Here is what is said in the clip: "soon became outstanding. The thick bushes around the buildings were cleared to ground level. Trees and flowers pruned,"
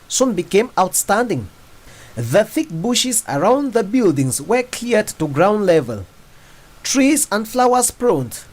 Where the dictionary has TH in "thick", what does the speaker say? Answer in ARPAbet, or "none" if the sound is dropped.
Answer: TH